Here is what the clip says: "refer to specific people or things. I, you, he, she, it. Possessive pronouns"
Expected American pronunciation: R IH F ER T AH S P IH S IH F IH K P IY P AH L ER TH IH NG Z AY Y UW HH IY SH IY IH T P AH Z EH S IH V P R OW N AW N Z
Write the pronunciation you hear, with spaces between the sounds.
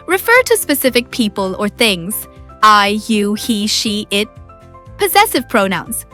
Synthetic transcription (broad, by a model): R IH F ER T AH S P IH S IH F IH K P IY P AH L ER TH IH NG Z AY Y UW HH IY SH IY IH T P AH Z EH S IH V P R OW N AW N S